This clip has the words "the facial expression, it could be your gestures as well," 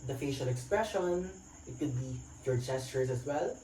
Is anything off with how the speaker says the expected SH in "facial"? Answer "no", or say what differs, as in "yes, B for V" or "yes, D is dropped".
no